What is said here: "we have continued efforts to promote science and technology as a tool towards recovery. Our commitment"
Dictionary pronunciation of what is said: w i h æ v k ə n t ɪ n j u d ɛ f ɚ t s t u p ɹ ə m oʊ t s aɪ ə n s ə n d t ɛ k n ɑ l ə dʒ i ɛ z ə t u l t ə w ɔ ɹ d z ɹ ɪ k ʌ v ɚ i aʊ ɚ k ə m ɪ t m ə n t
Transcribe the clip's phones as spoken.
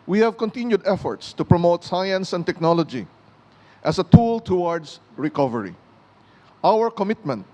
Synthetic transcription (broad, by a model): w i h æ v k ə n t ɪ n j u d ɛ f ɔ t s t u p ɹ ə m oʊ t s aɪ ə n s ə n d t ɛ k n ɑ l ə dʒ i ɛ s ə t u l t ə w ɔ ɹ d s ɹ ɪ k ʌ v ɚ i aʊ ɚ k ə m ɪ t m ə n t